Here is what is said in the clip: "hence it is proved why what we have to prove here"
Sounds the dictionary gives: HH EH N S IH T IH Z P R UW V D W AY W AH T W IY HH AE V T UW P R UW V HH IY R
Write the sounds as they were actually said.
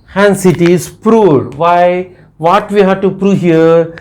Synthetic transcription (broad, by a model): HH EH N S IH T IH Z P R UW D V AY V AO T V IY HH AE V T UW P R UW HH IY R